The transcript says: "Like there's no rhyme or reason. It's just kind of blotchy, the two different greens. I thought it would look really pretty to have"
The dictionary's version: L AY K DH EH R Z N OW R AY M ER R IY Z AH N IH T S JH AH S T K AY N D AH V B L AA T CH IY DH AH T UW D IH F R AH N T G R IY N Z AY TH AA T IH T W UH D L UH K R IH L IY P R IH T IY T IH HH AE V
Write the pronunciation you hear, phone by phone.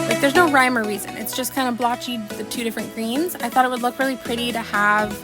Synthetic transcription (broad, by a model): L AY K DH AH R Z N OW R AY M ER R IY Z AH N IH T S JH AH S K AY N D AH B L AA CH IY DH AH T UW D IH F R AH N G R IY N Z AY TH AA T IH T W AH D L UH K R IH L IY P R IH T IY T IH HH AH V